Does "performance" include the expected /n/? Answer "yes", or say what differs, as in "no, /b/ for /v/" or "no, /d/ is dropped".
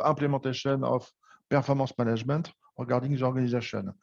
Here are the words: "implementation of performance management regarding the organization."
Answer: no, /n/ is dropped